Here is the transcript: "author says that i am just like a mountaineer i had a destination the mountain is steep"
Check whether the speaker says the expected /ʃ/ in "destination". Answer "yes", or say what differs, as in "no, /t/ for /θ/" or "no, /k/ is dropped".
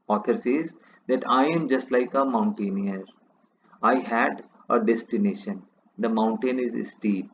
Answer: yes